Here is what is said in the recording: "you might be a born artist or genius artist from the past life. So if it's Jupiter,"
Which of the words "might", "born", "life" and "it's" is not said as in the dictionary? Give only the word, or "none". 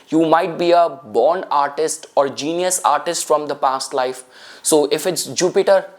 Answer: none